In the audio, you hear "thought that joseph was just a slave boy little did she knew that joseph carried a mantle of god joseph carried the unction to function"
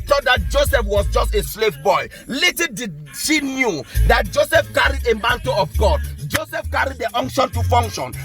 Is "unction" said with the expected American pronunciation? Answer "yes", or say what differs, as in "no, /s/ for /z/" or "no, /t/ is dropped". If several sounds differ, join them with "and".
yes